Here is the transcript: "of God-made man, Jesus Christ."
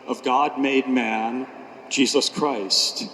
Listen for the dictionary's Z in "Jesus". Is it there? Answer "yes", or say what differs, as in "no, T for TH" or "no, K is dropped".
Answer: yes